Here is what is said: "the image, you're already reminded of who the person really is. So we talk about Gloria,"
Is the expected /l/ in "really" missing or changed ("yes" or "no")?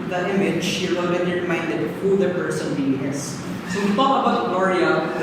yes